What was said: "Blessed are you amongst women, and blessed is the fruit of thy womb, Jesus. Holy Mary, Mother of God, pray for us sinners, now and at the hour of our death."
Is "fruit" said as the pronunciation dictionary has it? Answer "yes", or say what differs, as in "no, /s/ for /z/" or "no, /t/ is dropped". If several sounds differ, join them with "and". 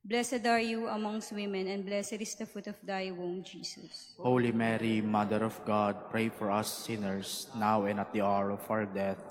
no, /ɹ/ is dropped